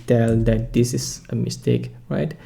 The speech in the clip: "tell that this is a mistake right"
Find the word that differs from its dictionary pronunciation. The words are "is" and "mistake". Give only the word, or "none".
is